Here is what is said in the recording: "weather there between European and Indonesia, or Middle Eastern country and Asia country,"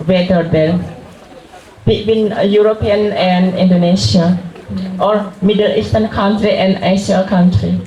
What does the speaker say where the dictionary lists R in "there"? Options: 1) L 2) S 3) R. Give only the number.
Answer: 1